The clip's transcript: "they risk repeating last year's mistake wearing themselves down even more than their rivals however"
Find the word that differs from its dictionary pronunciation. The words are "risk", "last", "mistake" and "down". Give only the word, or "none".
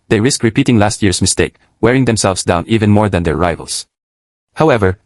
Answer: none